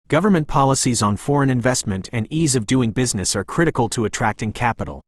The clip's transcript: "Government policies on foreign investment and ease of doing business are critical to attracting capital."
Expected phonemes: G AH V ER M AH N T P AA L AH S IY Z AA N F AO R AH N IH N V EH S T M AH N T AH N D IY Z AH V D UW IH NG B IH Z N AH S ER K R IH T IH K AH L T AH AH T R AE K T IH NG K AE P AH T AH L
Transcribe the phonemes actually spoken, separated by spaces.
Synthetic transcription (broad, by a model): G AH V ER M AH N P AA L AH S IY Z N F AO R AH N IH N V EH S T M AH N T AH N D IY Z AH V D UW IH NG B IH Z N AH S ER K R IH T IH K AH L T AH AH T R AE K T IH NG K AE P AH T L